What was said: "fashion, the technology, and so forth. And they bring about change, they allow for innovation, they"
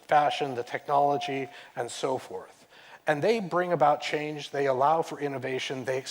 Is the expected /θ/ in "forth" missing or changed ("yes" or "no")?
no